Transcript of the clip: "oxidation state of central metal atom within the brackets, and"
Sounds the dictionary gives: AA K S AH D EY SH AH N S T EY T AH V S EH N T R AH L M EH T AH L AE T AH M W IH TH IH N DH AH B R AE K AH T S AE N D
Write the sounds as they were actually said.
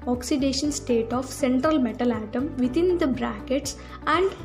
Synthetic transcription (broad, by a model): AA K S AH D EY SH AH N S T EY T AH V S EH N T R AH L M EH T AH L AE T AH M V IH T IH N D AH B R AE K AH T S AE N D